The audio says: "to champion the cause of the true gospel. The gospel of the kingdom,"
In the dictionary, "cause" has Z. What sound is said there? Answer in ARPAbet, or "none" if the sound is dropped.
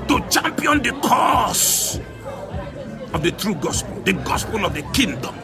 S